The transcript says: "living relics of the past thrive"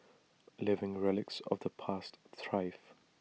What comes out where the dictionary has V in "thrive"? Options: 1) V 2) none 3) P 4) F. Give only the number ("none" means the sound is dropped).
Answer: 4